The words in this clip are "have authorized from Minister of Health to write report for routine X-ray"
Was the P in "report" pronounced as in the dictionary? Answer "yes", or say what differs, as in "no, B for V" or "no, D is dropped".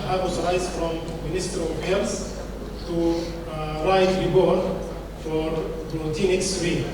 no, B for P